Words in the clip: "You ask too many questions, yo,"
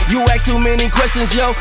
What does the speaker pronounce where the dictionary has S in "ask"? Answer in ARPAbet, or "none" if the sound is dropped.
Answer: none